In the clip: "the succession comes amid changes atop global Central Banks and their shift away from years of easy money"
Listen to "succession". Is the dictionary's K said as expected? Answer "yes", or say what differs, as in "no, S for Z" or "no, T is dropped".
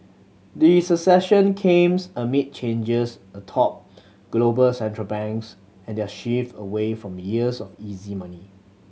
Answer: no, K is dropped